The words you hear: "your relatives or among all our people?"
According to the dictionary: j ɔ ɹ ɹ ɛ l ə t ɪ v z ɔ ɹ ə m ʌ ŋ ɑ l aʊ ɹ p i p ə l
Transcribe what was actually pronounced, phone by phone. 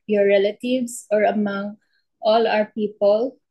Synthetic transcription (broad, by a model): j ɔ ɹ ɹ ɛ l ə t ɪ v s ɔ ɹ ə m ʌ ŋ ɑ l aʊ ɹ p i p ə l